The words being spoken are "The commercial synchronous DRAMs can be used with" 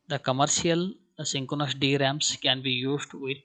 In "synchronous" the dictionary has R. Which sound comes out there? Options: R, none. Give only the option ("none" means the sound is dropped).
none